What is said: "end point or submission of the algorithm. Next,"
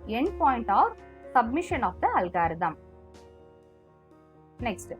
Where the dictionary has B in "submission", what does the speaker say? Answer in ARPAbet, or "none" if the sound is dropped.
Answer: B